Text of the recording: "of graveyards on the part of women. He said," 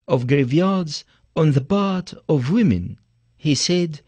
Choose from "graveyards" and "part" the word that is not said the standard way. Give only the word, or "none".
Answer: part